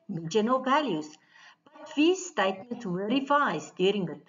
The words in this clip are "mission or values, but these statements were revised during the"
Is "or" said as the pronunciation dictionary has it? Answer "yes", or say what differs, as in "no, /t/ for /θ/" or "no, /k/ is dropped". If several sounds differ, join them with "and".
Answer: no, /l/ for /ɹ/